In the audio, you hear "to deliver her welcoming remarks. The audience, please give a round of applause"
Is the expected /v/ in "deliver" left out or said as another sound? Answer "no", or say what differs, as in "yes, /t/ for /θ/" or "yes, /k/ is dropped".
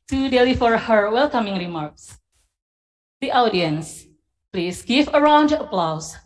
yes, /f/ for /v/